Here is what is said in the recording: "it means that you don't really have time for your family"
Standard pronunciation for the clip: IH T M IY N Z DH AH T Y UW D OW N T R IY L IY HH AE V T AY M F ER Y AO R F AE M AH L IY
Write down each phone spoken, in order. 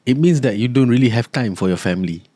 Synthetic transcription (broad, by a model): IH T M IY N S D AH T Y UW D OW N T R IY L IY HH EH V T AY M F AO Y AO F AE M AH L IY